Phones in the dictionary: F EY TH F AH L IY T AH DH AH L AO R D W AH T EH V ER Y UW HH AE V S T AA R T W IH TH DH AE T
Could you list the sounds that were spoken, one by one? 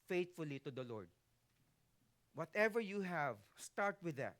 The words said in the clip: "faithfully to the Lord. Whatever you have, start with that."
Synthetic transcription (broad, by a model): F EY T F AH L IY T AH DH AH L AO R D W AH T EH V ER Y UW HH AE V S T AA R T W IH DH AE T